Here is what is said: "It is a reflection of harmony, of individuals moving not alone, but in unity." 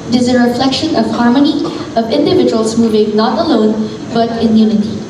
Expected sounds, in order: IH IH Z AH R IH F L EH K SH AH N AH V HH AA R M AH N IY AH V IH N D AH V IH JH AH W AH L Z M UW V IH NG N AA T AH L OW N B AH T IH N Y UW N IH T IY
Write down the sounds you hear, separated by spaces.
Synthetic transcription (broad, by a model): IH IH Z AH R IH F L EH K SH AH N AH V HH AA R M AH N IY AH V IH N D AH V IH JH AH W AH L Z M UW V IH NG N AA T AH L OW N B AH T IH N Y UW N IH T IY